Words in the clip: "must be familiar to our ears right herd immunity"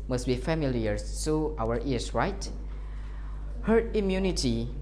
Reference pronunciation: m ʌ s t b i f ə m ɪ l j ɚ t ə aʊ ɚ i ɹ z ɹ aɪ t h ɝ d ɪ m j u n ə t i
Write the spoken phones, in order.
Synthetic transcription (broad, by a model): m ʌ s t b i f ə m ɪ l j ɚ s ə aʊ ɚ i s ɹ aɪ t h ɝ ɪ m j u n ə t i